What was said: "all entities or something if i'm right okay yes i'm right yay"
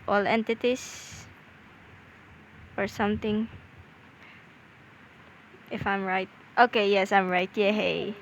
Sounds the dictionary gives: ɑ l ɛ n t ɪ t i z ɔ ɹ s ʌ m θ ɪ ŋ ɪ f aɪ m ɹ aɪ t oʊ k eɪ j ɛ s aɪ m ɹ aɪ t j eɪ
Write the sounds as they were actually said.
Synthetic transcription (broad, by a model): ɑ l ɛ n t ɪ t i s ɔ ɹ s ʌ m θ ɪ ŋ ɪ f aɪ m ɹ aɪ t oʊ k eɪ j ɛ s aɪ m ɹ aɪ t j eɪ